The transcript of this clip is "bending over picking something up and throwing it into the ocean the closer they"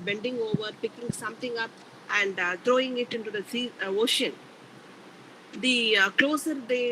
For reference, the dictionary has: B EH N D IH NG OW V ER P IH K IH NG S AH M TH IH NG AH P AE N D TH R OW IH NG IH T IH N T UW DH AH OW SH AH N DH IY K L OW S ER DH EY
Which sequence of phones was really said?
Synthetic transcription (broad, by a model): B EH N D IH NG OW V ER P IH K IH NG S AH M T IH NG AH P AE N D T R OW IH NG IH T IH N T UW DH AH OW SH AH N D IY K L OW S ER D EY